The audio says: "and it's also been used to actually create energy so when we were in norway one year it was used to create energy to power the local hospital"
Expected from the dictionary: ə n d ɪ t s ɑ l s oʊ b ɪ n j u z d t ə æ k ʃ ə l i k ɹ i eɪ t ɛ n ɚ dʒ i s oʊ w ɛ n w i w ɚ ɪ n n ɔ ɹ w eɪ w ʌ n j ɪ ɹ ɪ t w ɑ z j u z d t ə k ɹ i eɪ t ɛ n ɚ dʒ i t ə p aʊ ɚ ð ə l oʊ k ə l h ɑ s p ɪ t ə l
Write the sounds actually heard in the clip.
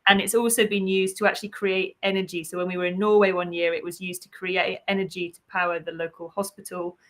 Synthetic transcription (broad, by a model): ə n ɪ t s ɑ l s oʊ b ɪ n j u z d t ə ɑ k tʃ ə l i k ɹ i eɪ t ɛ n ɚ dʒ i s oʊ w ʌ n w i w ɚ ɪ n n ɔ w eɪ w ʌ n j ɪ ɹ ɪ t w ɑ z j u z t ə k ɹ i eɪ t ɛ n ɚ dʒ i t ə p aʊ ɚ ð ə l oʊ k ə l h ɑ s p ɪ t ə l